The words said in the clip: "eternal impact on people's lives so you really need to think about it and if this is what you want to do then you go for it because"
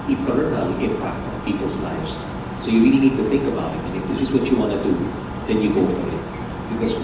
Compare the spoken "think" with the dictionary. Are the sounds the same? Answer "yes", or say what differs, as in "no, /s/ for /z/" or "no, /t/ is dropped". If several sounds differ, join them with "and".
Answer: yes